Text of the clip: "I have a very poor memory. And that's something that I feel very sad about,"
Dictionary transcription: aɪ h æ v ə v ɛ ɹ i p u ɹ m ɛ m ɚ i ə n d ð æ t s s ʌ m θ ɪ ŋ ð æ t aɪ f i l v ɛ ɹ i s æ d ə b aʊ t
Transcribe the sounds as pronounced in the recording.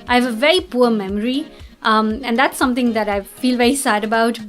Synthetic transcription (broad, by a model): aɪ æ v ə v ɛ ɹ i p u ɹ m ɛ m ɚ i ə n d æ t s s ʌ m t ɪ ŋ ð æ t aɪ f i l v ɛ ɹ i s æ d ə b aʊ t